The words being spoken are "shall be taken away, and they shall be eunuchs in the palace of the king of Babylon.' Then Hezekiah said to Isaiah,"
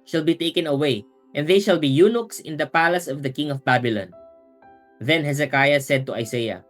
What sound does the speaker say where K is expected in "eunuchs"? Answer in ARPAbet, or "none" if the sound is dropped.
K